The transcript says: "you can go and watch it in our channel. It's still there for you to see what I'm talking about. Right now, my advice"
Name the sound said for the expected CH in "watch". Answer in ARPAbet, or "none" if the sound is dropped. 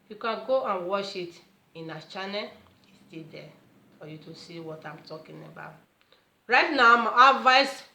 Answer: SH